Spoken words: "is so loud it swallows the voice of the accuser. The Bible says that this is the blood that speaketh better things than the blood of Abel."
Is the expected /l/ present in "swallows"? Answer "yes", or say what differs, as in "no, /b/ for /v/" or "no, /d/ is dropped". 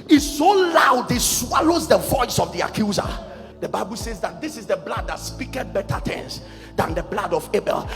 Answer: yes